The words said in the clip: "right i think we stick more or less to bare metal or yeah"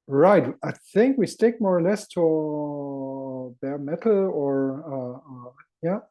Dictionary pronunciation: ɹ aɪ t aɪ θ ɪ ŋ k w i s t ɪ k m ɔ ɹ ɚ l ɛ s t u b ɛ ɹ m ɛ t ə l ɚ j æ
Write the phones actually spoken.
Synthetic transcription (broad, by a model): ɹ aɪ t aɪ θ ɪ ŋ k w i s t ɪ k m ɔ ɹ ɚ l ɛ s t u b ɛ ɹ m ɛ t l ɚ j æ